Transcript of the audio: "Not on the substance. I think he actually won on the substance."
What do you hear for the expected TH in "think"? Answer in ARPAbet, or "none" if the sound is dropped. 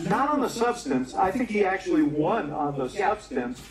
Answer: TH